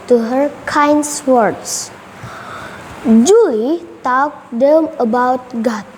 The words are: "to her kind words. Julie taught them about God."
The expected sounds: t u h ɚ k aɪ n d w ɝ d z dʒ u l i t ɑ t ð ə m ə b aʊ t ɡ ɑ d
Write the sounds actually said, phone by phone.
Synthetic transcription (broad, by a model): t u h ɚ k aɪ n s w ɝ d s dʒ u l i t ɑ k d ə m ə b aʊ t ɡ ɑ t